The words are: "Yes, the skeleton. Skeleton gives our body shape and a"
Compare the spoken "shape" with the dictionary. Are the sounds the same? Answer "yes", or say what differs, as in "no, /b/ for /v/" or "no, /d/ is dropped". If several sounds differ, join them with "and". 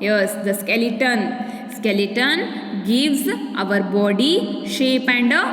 yes